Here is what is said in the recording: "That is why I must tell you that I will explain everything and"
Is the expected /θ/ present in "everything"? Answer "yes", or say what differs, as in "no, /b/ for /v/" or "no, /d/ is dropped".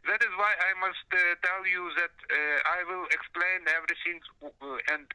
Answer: no, /s/ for /θ/